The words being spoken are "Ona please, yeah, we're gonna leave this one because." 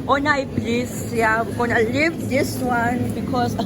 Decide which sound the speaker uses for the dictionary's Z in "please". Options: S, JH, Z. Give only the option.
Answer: S